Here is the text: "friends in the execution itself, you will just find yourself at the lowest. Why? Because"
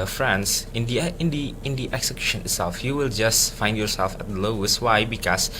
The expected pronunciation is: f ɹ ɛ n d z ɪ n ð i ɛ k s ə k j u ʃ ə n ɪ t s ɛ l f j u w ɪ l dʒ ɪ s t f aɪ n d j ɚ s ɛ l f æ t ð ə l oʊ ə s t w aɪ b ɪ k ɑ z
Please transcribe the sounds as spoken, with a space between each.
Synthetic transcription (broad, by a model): f ɹ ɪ n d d ɪ n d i ɛ k s ə k j u ʃ ə n ɪ t s ɛ l f j u w ɪ l dʒ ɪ s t f aɪ n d j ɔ s ɛ l f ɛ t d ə l oʊ ə s t w aɪ b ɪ k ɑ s